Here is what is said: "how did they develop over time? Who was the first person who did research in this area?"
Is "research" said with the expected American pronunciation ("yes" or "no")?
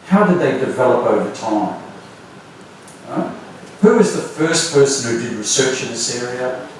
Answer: yes